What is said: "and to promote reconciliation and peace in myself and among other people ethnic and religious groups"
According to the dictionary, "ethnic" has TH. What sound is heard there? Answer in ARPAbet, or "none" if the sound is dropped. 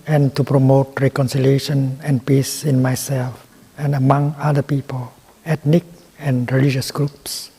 T